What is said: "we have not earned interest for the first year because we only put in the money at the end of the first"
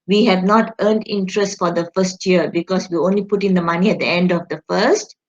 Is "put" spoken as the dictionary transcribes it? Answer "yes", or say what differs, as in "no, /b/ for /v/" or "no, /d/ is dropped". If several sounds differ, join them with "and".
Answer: yes